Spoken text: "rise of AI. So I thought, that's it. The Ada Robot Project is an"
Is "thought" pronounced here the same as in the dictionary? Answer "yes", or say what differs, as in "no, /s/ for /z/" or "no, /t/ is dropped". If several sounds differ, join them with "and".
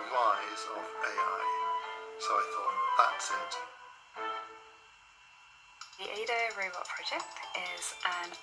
yes